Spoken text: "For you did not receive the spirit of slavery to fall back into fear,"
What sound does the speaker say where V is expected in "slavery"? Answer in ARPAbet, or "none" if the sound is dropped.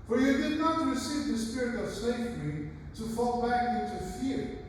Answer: F